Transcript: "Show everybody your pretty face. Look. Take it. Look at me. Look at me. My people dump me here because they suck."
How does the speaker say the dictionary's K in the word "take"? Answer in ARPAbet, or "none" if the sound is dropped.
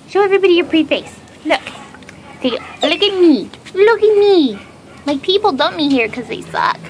none